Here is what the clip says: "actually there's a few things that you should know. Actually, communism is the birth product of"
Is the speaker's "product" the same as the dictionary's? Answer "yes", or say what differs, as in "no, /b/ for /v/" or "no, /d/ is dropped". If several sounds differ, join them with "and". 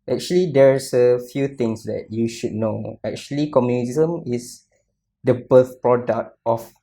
yes